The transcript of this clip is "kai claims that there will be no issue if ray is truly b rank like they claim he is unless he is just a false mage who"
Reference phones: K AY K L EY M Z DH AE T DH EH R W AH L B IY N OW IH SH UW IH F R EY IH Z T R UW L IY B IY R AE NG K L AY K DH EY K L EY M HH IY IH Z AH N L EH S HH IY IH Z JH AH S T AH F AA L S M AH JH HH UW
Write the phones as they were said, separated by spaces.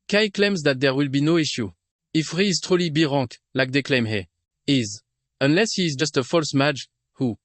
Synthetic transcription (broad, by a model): K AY K L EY M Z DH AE T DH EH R W AH L B IY N OW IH SH UW IH F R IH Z T R UW L IY B IY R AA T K L AY K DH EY K L EY M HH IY IH Z AH N L EH S HH IY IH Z JH AH S T AH F AA L S M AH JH HH UW